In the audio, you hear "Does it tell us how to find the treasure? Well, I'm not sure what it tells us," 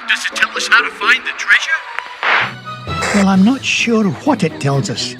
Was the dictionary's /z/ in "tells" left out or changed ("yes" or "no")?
no